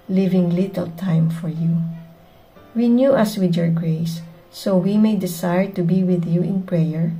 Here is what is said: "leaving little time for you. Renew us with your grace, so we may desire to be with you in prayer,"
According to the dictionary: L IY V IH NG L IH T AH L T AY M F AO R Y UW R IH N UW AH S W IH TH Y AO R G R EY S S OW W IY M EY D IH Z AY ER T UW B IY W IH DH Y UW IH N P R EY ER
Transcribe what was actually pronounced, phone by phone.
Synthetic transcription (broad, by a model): L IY V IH NG L IH T AH L T AY M F AO R Y UW W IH N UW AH S W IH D Y AO R G R EY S S OW W IY M EY D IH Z AY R T UW B IY W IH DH Y UW IH N P R EY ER